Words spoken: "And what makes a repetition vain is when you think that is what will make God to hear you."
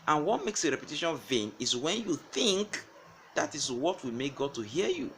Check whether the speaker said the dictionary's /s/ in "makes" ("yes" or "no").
yes